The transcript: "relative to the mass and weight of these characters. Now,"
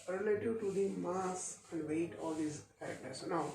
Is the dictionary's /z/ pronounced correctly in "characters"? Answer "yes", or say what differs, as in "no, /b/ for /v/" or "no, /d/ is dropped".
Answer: no, /s/ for /z/